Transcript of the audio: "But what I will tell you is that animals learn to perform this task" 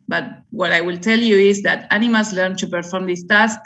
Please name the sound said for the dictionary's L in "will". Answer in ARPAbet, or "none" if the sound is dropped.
L